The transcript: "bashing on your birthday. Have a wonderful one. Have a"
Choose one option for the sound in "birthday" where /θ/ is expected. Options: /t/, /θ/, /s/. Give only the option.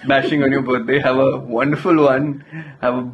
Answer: /t/